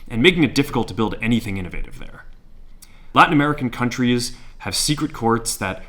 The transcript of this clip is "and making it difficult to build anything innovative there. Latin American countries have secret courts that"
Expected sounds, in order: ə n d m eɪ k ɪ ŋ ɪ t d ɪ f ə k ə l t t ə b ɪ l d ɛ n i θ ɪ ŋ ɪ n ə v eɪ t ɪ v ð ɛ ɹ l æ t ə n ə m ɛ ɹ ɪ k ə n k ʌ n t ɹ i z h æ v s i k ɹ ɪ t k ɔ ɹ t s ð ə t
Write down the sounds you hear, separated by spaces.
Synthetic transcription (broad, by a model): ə n m eɪ k ɪ ŋ ɪ t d ɪ f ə k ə l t t ə b ɪ l d ɛ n i θ ɪ ŋ ɪ n ə v eɪ t ɪ v ð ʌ ɹ l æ t n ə m ɛ ɹ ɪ k n k ʌ n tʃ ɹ i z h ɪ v s i k ɹ ɪ t k ɔ ɹ t s ð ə t